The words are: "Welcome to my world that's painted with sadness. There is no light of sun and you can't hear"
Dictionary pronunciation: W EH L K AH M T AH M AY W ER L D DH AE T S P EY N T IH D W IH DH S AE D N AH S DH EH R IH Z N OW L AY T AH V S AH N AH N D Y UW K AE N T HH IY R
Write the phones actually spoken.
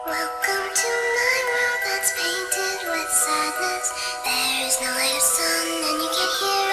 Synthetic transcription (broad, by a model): W EH L K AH M T AH M AY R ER DH AE T S P EY N T IH D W IH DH S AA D L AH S DH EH R IH Z N OW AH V S AH N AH N Y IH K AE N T HH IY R